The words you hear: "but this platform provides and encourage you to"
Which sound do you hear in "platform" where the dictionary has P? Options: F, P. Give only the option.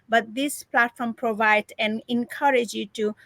P